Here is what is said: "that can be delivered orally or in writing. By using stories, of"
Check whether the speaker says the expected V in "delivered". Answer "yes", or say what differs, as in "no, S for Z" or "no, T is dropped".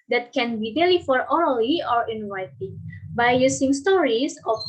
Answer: no, F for V